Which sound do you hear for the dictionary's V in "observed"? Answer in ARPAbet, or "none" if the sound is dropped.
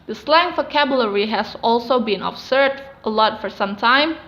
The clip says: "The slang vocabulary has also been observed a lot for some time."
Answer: none